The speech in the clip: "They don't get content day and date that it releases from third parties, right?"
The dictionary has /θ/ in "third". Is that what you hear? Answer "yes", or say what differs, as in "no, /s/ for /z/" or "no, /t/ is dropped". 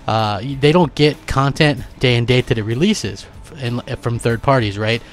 yes